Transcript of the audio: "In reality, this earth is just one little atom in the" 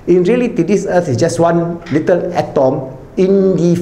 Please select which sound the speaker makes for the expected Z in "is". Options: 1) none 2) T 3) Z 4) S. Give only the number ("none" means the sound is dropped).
4